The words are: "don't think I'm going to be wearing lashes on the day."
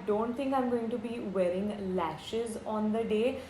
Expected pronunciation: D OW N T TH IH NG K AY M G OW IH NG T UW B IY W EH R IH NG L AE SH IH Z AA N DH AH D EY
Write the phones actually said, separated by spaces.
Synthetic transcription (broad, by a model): D OW N T T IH NG K AY M G OW IH NG T UW B IY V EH R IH NG L AE SH IH Z AA N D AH D EY